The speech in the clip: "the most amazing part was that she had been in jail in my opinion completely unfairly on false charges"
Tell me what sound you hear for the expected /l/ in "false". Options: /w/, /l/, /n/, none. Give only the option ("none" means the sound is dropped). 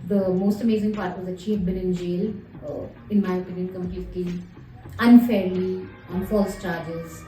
/l/